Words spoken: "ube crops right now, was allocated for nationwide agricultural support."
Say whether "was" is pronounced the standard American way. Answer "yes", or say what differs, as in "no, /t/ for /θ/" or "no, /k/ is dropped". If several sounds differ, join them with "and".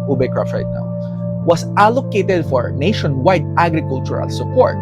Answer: no, /s/ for /z/